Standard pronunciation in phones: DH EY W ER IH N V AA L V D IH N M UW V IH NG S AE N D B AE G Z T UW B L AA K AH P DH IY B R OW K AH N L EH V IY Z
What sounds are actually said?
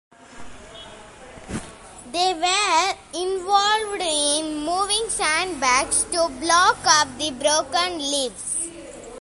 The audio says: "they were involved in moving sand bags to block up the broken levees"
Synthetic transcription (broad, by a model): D EY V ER IH N V AA L V D IH N M UW V IH NG S AE N D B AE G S T UW B L AA K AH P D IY B R OW K AH N L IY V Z